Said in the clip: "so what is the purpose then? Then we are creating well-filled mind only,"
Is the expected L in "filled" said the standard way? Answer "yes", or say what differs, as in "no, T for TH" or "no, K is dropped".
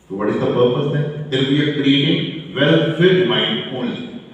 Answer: no, L is dropped